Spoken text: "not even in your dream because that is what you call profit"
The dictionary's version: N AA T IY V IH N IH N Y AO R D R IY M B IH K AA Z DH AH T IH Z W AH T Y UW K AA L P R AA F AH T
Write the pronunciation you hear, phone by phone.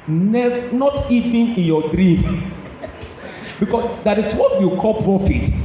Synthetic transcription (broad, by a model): N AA T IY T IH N IH N Y AO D R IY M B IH K AA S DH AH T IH S W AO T Y UW K AA L P R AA F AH T